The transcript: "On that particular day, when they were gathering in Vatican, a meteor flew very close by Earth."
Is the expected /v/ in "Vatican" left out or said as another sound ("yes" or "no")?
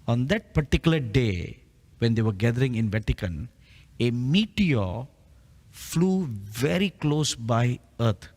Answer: no